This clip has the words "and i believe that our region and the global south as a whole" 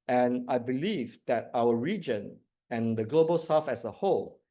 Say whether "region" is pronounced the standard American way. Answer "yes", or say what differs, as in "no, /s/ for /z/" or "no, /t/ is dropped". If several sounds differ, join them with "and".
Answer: yes